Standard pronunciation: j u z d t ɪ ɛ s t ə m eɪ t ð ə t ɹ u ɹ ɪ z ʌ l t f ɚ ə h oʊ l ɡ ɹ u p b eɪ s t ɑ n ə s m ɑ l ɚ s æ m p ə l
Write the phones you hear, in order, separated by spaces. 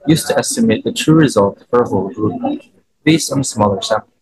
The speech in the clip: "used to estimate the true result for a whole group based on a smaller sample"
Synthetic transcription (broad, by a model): j u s t ɪ ɛ s t ə m eɪ t ð ə t ɹ u ɹ ɪ z ʌ l t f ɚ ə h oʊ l ɡ ɹ u p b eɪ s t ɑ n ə s m ɑ l ɚ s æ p